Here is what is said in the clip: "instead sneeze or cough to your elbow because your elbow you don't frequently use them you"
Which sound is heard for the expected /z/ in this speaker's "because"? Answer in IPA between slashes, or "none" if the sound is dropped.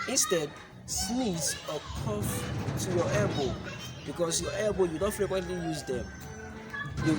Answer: /s/